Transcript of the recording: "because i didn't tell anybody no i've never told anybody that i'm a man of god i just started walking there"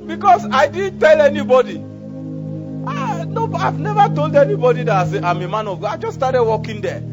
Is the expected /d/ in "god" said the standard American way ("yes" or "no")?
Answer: no